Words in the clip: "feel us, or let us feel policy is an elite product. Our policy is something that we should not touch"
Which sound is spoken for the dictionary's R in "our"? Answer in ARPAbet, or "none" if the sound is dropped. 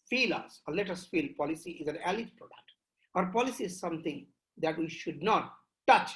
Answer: R